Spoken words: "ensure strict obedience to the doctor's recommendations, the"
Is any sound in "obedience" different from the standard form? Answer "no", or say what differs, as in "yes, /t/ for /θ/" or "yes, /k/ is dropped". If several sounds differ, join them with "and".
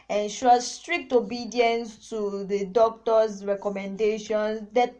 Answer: no